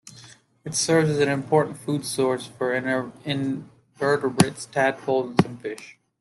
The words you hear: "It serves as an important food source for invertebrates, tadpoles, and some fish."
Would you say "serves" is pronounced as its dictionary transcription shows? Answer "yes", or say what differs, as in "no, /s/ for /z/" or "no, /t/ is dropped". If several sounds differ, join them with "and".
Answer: yes